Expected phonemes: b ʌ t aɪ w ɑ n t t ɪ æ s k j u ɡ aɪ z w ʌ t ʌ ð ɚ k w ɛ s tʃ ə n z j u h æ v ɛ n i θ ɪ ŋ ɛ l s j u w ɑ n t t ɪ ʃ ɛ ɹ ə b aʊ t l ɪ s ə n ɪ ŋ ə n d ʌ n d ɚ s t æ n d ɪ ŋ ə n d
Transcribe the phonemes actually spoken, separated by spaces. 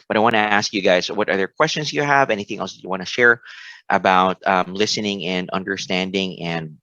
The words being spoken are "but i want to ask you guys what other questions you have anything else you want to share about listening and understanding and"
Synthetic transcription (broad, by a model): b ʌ t aɪ w ɑ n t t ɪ æ s k j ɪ ɡ aɪ z w ʌ t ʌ ð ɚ k w ɛ s tʃ ə n z j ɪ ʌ v ɛ n i θ ɪ ŋ ɛ l s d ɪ w ɑ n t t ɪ ʃ ɛ ɹ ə b aʊ t l ɪ s ə n ɪ ŋ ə n ʌ n d ɚ s t æ n d ɪ ŋ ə n